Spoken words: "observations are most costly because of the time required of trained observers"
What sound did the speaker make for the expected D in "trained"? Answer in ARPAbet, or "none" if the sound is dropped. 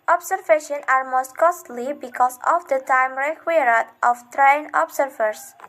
none